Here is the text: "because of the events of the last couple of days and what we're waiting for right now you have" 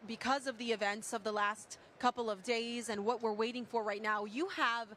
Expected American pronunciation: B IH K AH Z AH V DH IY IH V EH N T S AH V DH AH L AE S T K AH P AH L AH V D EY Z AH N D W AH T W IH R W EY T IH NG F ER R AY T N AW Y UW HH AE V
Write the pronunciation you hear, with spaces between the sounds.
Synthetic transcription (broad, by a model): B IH K AH Z AH V DH IY IH V EH N T S AH V DH AH L AE S T K AH P L AH V D EY Z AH N W AH T W IH R W EY T IH NG F ER R AY T N AW Y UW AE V